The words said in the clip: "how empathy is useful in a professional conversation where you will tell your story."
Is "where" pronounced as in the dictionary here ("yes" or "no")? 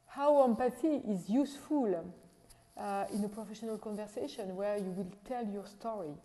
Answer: yes